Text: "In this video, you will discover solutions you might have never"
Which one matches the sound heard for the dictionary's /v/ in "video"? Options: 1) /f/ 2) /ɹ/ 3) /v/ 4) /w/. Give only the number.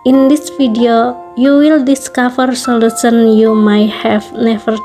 1